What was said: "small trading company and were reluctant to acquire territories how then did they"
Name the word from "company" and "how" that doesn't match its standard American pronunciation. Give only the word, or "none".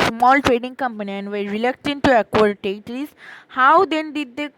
none